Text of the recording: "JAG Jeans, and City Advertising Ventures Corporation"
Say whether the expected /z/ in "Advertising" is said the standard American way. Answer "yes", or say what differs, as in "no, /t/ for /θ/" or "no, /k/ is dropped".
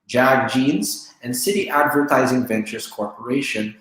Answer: yes